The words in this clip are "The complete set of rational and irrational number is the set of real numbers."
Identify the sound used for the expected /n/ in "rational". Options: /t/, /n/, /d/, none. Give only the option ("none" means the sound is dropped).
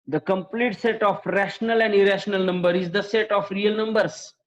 /n/